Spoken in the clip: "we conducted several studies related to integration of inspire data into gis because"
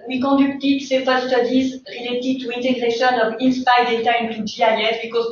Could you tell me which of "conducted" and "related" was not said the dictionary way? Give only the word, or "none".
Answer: conducted